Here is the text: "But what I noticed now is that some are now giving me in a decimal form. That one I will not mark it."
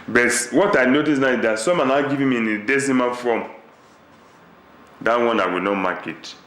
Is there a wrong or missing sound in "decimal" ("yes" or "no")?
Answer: yes